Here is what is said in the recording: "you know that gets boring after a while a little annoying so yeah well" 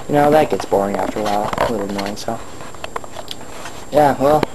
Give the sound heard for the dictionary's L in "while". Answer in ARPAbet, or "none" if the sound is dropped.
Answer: L